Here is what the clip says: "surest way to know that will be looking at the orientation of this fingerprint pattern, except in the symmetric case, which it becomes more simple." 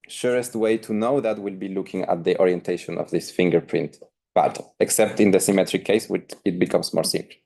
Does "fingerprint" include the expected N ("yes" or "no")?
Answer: yes